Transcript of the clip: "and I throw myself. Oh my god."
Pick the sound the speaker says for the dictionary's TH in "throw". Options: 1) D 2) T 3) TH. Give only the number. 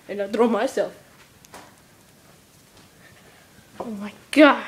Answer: 2